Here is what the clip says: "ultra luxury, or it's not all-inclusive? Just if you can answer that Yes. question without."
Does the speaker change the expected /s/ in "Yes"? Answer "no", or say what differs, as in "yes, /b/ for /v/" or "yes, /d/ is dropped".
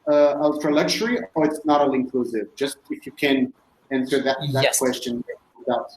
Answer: yes, /s/ is dropped